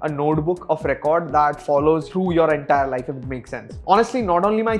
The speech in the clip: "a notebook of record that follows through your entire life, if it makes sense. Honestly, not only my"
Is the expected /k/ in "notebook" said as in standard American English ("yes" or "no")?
yes